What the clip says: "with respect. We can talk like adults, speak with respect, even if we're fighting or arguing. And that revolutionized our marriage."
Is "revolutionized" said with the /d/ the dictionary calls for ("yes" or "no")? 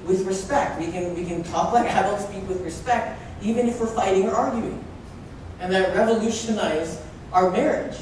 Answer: no